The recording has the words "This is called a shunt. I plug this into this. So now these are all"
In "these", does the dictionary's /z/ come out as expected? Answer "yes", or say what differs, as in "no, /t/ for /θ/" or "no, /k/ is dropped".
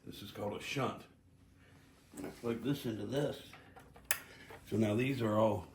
yes